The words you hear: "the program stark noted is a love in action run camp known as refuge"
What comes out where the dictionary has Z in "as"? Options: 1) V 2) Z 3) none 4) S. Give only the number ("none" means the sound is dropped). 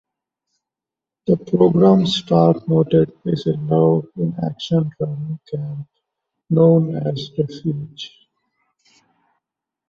2